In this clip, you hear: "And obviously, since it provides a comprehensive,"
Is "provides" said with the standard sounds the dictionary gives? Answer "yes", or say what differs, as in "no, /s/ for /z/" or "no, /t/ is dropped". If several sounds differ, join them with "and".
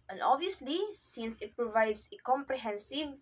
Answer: no, /s/ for /z/